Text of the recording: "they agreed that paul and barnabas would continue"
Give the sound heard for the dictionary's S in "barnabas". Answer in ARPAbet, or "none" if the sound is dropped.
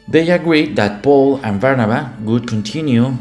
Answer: none